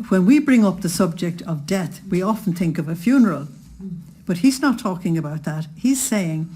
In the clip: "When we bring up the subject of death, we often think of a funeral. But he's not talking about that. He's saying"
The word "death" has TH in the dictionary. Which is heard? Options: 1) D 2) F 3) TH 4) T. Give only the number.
3